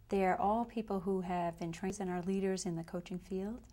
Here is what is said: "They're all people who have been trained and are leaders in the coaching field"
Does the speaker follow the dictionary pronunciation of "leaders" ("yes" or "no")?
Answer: yes